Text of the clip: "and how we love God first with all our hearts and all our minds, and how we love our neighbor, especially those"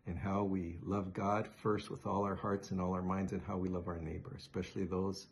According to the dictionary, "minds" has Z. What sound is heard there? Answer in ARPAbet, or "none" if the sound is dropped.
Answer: Z